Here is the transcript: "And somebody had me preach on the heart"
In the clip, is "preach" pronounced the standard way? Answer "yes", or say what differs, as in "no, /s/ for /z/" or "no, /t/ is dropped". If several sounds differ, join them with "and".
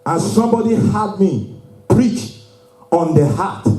yes